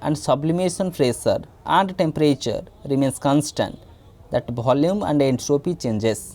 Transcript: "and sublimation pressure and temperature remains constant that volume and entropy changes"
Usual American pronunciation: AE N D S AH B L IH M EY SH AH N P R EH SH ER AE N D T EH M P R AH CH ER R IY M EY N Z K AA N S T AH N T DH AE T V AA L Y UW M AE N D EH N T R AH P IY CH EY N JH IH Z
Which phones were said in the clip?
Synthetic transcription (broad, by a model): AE N D S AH B L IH M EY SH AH N F R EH S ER AE N D T EH M P R AH CH ER R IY M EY N S K AA N S T AH N T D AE T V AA L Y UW M AE N D EH N T R AH P IY CH EY N JH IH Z